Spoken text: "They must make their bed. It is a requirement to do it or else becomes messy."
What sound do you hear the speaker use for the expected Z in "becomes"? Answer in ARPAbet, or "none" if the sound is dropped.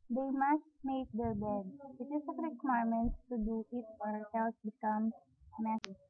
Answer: none